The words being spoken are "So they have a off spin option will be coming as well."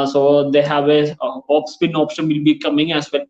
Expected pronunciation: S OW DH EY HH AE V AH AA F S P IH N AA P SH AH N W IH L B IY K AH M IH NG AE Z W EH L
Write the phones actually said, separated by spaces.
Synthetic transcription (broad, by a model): S OW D EY HH AE V AH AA P S P IH N AA P SH AH N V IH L B IY K AH M IH NG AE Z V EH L